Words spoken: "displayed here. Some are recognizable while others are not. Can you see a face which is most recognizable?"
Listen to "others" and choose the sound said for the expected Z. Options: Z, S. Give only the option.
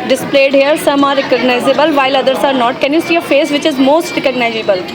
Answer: S